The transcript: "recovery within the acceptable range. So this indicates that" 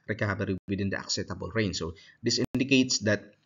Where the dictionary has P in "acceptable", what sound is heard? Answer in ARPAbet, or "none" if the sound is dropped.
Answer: none